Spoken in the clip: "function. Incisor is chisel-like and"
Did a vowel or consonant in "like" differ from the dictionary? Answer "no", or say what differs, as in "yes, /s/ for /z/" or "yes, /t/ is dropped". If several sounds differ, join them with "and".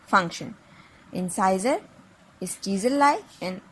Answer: yes, /k/ is dropped